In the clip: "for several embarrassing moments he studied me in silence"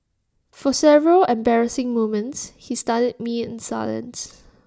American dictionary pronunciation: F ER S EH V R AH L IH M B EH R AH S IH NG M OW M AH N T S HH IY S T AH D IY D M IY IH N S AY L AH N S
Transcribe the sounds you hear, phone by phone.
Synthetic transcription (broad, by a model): F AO S EH V R AH L IH M B EH R AH S IH NG M OW M AH N T S HH IY S T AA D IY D M IY IH N S AY L AH N S